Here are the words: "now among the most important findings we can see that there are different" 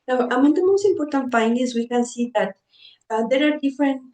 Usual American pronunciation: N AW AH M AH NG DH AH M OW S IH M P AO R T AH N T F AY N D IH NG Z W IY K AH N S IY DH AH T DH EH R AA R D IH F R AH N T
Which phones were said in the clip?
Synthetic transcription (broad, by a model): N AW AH M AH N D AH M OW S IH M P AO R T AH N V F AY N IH Z W IY K AH N S IY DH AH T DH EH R AA R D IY F R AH N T